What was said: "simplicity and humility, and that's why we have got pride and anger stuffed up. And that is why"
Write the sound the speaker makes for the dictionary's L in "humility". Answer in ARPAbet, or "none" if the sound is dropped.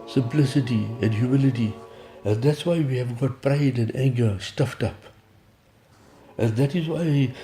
L